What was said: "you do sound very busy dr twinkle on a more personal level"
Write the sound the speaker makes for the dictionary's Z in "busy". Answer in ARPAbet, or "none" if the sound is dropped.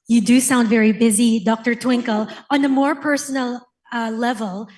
Z